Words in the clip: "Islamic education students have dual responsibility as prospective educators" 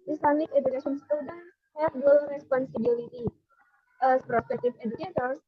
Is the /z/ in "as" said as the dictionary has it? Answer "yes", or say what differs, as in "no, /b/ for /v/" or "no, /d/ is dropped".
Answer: no, /s/ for /z/